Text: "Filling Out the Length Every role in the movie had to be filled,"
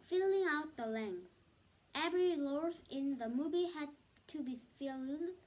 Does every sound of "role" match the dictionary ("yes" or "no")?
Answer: no